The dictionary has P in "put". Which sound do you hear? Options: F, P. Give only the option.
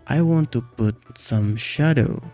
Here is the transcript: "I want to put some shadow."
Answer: P